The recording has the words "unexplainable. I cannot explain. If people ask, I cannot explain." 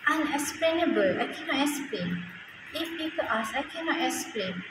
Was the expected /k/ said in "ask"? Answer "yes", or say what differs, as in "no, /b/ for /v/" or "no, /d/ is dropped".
no, /k/ is dropped